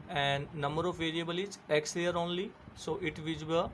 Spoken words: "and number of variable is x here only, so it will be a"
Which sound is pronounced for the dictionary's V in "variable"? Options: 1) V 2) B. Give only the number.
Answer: 1